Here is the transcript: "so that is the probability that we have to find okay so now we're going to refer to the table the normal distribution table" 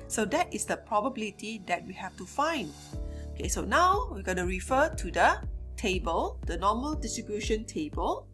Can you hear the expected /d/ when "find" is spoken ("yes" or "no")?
yes